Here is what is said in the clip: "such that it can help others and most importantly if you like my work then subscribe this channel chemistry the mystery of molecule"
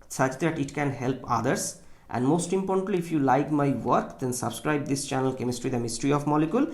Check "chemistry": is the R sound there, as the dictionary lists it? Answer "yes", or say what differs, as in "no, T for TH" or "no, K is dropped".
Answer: yes